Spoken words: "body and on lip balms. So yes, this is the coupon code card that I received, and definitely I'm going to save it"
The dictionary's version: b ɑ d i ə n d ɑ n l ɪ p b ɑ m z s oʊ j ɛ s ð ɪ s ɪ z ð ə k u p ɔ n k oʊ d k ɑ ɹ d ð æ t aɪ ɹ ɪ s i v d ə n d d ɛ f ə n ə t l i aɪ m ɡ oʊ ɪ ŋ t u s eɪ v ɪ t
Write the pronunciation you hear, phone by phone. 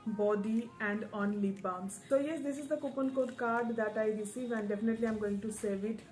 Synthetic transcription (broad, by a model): b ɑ d i ə n d ɑ n l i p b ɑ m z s oʊ j ɛ s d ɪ s ɪ z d ə k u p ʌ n k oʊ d k ɑ ɹ d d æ t aɪ ɹ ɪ s i v ə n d d ɛ f ə n ə t l i aɪ m ɡ oʊ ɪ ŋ t u s eɪ v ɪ t